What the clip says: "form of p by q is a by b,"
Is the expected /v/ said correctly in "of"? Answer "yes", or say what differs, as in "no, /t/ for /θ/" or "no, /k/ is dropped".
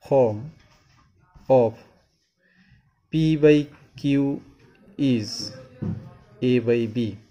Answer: no, /p/ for /v/